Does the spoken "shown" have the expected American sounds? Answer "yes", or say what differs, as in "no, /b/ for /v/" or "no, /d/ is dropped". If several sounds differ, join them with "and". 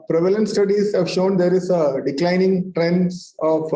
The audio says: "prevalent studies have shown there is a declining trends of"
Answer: yes